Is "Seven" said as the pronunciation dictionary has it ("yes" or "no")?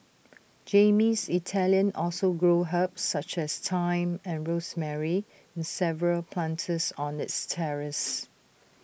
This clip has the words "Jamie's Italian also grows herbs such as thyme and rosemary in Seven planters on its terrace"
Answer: no